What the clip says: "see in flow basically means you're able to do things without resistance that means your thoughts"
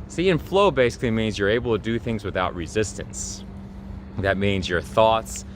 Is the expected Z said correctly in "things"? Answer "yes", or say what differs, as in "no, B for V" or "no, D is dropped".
yes